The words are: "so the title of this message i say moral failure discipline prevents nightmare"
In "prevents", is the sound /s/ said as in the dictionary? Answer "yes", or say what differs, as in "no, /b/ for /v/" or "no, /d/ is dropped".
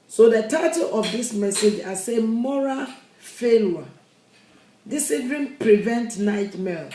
no, /s/ is dropped